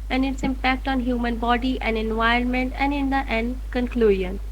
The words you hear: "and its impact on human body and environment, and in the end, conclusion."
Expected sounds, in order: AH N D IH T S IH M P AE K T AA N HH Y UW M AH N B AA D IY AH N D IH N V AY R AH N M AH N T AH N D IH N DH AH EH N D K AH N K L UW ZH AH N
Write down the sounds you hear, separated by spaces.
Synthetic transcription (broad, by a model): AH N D IH T S IH M P AE K T AA N HH Y UW M AH N B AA D IY AH N D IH N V AY AH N M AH N T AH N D IH N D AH EH N D K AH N K L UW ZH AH N